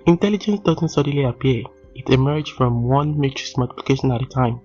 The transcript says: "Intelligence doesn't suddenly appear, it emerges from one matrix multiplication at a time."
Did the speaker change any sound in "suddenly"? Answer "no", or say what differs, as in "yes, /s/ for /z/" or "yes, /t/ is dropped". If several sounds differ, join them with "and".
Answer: yes, /n/ is dropped